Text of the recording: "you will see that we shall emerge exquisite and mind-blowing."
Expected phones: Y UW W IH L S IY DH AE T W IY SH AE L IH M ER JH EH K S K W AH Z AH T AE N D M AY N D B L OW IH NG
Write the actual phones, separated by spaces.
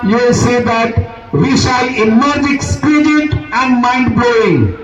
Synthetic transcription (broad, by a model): Y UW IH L S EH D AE T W IY SH AE L IH M ER JH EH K S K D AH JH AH T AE N D M AY N D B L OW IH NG